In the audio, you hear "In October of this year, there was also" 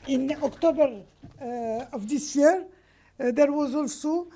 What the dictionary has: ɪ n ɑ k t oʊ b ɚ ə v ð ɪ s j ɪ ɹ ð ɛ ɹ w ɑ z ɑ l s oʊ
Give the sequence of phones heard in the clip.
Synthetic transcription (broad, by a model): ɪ n ɑ k t oʊ b ɚ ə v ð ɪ s j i ɹ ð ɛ ɹ w ɑ z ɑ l s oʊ